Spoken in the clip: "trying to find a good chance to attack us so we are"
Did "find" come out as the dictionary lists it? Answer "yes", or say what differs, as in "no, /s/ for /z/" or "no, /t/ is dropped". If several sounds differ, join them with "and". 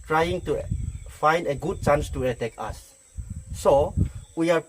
yes